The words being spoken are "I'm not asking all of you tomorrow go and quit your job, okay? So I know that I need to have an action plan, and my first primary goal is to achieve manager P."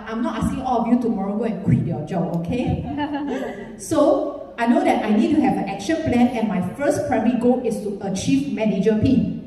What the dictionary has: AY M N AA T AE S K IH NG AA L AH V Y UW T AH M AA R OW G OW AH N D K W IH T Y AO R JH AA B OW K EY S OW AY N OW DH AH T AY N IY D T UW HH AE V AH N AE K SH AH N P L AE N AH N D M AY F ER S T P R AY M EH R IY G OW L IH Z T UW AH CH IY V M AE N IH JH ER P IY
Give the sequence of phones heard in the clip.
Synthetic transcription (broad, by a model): AY M N AA T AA S K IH NG AA L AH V Y UW T AH M AA R OW G OW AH N K W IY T Y AO JH AA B OW K EY S OW AY N OW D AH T AY N IY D T UW HH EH V AH N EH K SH AH N P L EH N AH N M AY F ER S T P R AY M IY G OW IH S T UW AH CH IY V M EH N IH JH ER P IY